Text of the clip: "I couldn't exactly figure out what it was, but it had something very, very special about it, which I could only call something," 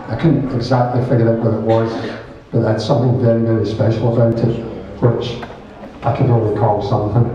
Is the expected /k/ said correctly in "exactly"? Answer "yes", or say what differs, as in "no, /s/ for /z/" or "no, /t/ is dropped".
yes